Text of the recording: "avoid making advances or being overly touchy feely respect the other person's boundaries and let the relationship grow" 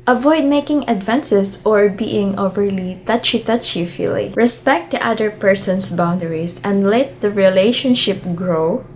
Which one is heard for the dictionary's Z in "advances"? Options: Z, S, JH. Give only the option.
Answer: S